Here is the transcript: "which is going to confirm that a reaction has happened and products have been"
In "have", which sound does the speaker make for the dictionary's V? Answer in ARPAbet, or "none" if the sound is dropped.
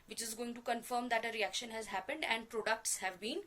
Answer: V